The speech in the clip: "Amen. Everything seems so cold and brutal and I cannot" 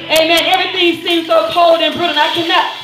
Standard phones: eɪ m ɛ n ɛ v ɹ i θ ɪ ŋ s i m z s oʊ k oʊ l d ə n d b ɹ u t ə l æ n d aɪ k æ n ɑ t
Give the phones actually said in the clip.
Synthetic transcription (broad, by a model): eɪ m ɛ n ɛ v ɹ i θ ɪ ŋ s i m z s oʊ k oʊ l d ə n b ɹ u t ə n aɪ k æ n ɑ t